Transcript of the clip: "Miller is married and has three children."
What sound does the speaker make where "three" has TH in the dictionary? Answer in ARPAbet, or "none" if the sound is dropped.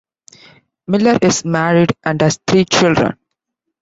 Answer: T